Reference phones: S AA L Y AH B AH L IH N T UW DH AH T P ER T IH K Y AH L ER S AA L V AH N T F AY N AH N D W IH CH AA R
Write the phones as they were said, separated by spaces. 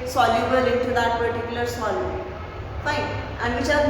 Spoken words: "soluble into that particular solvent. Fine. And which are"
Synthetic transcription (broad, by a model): S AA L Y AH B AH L IH N T UW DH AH T P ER T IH K Y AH L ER S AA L AH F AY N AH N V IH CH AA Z